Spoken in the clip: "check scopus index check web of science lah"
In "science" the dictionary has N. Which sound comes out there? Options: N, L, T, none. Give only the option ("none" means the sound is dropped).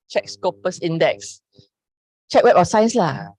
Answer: N